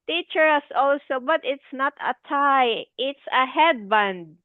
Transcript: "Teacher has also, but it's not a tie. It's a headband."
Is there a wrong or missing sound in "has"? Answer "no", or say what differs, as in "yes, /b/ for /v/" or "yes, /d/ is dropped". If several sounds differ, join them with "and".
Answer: yes, /s/ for /z/